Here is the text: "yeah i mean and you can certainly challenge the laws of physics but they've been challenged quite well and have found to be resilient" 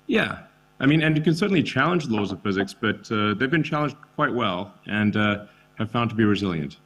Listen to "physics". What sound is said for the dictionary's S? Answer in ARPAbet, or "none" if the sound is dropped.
S